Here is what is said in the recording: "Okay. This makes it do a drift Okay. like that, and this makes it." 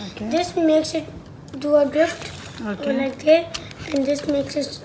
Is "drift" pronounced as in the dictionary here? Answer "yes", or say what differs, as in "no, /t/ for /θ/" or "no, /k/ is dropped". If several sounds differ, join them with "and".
yes